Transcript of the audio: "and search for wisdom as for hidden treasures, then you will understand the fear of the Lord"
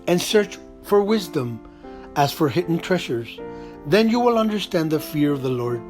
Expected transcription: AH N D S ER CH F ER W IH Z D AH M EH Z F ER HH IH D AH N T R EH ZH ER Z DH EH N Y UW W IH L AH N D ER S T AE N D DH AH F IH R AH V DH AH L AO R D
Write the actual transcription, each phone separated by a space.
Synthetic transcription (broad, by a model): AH N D S ER CH F ER W IH Z D AH M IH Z F ER HH IH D N T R EH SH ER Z DH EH N Y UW W IH L AH N D ER S T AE N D DH AH F IH R AH V DH AH L AO R D